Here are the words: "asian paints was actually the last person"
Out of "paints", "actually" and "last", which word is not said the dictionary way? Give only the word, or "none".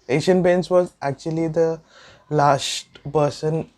paints